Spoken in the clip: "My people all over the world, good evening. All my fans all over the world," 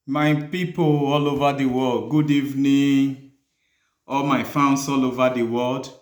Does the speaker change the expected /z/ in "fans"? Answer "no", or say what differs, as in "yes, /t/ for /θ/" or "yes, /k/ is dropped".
yes, /s/ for /z/